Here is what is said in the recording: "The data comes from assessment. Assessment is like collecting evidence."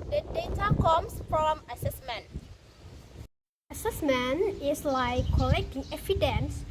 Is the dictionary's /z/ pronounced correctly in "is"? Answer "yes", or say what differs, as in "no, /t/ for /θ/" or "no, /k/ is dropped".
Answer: no, /s/ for /z/